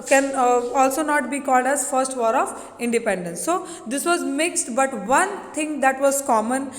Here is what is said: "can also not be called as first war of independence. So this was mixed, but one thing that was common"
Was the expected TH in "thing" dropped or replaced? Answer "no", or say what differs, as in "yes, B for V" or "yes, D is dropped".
yes, T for TH